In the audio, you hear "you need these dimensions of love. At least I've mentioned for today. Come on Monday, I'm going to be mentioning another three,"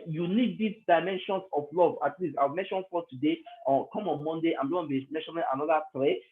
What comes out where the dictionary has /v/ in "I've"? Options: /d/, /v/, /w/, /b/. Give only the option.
/w/